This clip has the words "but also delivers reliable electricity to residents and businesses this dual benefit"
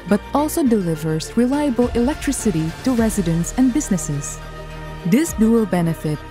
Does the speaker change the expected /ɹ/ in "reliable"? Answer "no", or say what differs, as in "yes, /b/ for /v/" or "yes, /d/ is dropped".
no